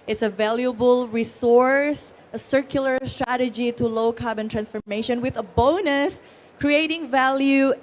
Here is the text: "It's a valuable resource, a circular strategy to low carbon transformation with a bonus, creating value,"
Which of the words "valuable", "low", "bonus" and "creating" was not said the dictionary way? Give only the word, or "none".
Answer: none